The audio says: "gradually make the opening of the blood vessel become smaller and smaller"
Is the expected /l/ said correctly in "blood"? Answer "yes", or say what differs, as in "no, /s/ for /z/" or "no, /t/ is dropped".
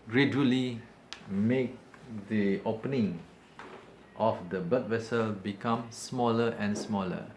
no, /l/ is dropped